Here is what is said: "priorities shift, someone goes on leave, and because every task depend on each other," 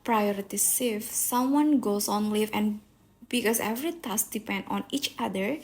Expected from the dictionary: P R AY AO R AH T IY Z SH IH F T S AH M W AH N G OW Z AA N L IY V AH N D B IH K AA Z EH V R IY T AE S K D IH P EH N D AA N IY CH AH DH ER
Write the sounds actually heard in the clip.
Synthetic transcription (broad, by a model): P R AY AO R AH T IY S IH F S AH M W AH N G OW S AA N L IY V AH N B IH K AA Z EH V R IY T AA S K D IH P EH N D AA N IY CH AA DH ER